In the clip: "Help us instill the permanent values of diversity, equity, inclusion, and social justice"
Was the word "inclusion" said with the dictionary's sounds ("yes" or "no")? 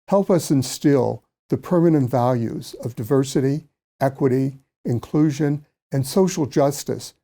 yes